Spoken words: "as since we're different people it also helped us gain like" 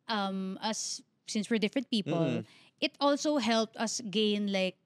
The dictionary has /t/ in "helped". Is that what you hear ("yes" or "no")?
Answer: yes